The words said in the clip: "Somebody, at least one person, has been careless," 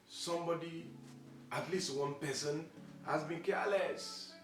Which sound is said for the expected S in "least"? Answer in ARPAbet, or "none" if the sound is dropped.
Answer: S